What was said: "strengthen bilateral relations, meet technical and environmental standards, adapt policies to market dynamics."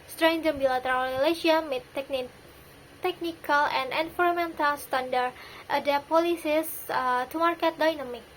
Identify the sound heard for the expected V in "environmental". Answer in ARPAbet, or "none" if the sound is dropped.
F